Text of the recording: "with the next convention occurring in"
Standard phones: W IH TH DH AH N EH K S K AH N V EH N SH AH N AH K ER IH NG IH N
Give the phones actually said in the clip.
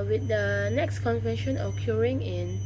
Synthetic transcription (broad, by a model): W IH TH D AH N EH K S K AH N V EH N SH AH N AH K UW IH NG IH N